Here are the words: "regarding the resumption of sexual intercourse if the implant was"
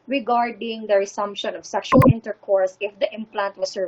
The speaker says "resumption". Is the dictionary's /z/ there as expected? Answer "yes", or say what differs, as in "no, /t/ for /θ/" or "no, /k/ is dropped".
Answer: no, /s/ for /z/